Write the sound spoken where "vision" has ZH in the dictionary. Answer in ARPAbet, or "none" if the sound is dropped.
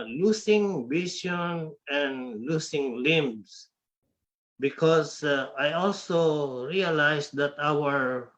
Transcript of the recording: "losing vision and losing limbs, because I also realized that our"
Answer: S